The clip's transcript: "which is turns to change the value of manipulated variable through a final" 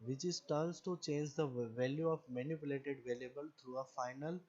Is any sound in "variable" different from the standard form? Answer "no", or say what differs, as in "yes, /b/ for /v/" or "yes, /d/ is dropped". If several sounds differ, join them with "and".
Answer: yes, /l/ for /ɹ/